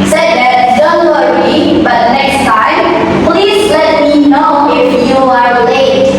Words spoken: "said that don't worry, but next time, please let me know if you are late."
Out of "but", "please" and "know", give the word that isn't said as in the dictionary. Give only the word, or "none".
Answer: none